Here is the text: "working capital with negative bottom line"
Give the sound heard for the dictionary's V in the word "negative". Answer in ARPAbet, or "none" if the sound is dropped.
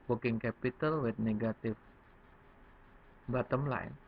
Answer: F